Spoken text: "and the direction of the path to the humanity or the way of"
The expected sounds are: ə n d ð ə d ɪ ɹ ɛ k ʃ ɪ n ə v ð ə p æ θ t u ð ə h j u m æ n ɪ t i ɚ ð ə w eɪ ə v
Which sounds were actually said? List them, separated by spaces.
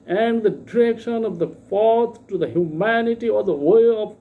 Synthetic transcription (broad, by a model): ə n d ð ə d ɪ ɹ ɛ k ʃ ɪ n ə v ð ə f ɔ t t u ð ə h j u m æ n ɪ t i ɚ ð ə w eɪ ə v